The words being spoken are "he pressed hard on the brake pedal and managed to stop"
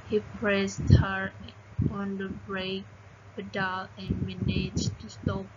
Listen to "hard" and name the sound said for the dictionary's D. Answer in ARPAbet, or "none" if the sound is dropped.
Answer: none